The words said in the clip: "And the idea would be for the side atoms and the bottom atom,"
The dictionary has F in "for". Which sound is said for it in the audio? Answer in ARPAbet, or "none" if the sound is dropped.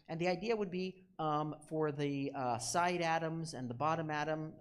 F